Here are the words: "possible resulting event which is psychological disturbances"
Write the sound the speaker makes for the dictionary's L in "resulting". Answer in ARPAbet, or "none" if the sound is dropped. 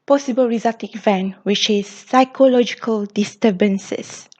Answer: none